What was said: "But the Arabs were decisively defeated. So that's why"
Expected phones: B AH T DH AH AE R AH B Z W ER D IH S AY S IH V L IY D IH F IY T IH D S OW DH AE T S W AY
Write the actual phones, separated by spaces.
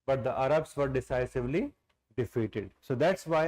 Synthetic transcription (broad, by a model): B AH T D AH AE R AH B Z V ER D IH S AY S IH V L IY D IH F IY T IH D S OW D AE T S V AY